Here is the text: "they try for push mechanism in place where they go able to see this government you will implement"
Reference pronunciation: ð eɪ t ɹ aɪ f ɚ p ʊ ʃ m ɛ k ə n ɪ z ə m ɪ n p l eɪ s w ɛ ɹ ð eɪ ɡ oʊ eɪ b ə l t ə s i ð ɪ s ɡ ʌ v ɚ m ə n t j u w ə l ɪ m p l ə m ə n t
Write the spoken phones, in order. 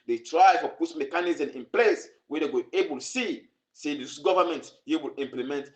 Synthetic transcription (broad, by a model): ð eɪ t ɹ aɪ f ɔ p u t m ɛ k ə n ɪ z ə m ɪ n p l eɪ s w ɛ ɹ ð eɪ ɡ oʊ eɪ b ə l s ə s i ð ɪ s ɡ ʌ v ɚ m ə n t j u w ə l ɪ m p l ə m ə n t